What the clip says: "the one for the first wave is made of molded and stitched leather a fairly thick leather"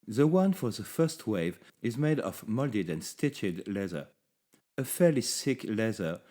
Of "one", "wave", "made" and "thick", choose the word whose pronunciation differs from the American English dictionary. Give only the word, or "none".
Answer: thick